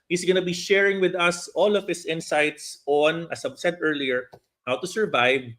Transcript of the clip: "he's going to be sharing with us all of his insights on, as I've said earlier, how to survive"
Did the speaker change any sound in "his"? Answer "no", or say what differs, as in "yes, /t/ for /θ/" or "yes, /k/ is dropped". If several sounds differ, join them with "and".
yes, /s/ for /z/